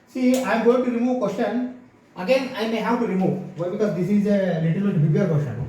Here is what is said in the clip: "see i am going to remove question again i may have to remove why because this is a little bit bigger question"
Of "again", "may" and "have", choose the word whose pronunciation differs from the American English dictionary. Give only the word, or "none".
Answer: have